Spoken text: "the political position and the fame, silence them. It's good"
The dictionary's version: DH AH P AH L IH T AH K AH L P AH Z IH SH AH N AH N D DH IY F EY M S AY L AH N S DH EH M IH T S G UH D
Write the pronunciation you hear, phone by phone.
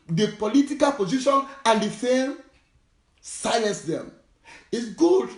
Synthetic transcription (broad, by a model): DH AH P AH L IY T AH K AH L P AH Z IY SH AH N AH N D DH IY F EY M S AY AH N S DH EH M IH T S G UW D